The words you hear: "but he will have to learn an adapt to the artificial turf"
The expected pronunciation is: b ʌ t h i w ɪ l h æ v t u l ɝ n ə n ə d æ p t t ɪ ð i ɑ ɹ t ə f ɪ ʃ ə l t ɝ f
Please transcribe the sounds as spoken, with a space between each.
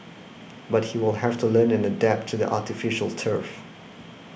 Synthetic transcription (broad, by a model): b ʌ t h i w ɪ l h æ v t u l ɝ n ə n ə d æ p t t ɪ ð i ɑ ɹ t ə f ɪ ʃ ə l t ɝ f